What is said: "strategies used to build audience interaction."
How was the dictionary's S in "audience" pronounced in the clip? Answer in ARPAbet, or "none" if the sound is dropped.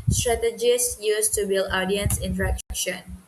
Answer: S